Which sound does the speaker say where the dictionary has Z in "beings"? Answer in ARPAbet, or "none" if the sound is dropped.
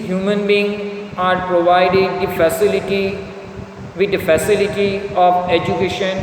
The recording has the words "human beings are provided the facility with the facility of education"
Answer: none